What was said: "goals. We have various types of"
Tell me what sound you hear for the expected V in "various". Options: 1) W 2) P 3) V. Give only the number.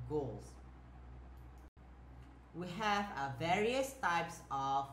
3